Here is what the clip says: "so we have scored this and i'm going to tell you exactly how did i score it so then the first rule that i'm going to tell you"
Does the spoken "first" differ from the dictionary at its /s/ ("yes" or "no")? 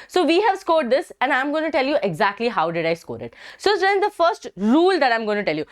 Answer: no